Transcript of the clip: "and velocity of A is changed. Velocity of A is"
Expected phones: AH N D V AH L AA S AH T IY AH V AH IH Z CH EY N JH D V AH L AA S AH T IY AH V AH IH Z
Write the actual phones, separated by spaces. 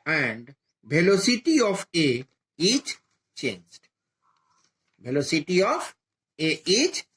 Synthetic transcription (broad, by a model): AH N D B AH L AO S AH T IY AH F AH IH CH CH EY N JH D B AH L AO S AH T IY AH F AH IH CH